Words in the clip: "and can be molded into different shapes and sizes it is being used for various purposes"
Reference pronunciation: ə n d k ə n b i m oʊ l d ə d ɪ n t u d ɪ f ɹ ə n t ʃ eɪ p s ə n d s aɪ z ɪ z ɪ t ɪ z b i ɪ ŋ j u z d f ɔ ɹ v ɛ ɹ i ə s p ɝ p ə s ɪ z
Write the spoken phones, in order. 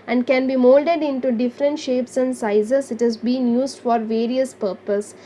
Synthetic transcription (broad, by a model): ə n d k ə n b i m oʊ l d ə d ɪ n t u d ɪ f ɹ ə n t ʃ eɪ p s ə n d s aɪ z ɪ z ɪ t ɪ z b i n j u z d f ɔ ɹ v ɛ ɹ i ə s p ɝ p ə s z